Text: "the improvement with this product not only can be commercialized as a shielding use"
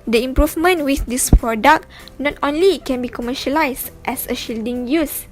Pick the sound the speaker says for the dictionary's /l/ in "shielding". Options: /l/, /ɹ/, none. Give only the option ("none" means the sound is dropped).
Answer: /l/